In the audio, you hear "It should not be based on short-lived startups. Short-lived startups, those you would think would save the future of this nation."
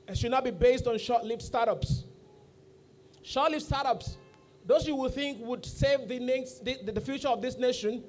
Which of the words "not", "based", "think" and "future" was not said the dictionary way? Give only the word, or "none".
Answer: none